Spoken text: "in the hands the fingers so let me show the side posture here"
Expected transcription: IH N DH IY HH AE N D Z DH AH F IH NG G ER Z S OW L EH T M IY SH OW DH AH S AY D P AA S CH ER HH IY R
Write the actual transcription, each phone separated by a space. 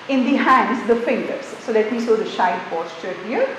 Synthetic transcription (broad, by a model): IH N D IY HH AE N D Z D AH F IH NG G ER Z S OW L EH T M IY S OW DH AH SH AY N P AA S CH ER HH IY R